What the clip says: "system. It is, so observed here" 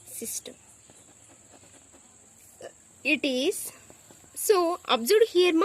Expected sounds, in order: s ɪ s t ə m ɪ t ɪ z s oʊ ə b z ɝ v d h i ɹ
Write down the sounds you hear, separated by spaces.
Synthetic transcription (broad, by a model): s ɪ s t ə m ɪ t ɪ z s oʊ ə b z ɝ d h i ɹ